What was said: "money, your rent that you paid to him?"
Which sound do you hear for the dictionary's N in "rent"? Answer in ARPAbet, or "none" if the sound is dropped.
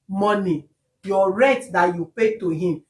none